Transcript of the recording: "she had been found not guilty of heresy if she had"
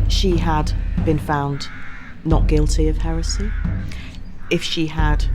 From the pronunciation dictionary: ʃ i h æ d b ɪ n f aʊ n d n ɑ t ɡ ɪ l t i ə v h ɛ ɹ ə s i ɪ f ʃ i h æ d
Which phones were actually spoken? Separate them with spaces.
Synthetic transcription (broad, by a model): ʃ i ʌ d b ɪ n f aʊ n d n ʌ t ɡ ɪ l t i ə v h ɛ ɹ ə s i ɪ f ʃ i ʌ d